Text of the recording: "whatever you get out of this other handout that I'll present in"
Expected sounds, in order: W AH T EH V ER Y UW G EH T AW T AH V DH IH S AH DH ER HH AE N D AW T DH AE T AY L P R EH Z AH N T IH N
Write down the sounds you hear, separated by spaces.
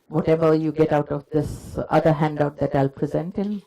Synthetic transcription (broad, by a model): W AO T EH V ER Y UW G EH T AW T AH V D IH S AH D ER HH AE N D AW T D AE T AY L P R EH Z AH N T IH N